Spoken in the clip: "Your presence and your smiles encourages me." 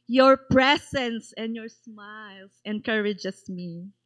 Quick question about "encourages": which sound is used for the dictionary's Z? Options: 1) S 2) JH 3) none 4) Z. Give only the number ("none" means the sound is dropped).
1